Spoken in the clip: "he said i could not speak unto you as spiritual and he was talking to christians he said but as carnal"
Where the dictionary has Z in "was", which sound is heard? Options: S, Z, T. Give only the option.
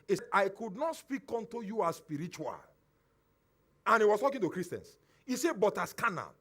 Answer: S